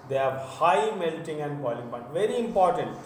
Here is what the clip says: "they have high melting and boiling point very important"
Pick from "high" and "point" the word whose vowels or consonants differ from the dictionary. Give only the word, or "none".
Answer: point